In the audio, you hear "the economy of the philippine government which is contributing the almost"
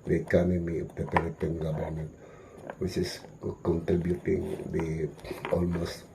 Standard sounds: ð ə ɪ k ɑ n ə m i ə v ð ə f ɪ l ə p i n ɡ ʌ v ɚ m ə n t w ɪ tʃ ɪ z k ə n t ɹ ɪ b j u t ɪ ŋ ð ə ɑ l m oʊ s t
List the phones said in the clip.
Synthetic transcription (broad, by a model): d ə ɪ k ɑ n ə m i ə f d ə p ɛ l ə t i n ɡ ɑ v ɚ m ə n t w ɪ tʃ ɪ s k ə n t ɹ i b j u t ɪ ŋ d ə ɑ l m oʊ s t